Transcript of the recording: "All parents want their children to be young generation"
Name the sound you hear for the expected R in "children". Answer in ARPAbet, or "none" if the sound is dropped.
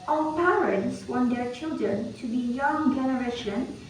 R